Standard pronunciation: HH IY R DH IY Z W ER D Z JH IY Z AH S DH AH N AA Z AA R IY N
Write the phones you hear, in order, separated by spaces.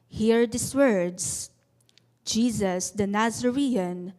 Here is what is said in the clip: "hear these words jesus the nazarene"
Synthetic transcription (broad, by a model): HH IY R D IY S W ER D S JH IY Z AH S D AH N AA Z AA R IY N